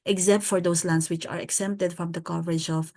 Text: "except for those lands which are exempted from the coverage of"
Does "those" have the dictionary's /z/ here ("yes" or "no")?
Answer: no